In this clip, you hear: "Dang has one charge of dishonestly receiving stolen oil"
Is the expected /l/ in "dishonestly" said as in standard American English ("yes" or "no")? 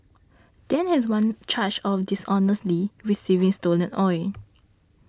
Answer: yes